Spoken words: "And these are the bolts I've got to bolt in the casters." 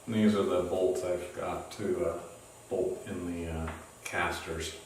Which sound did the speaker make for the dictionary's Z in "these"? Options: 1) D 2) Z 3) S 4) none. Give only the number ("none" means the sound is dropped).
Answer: 2